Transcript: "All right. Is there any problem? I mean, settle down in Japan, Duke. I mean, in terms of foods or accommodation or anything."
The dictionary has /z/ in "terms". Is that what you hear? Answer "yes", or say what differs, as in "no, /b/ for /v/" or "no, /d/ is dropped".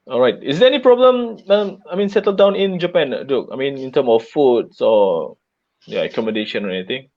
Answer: no, /z/ is dropped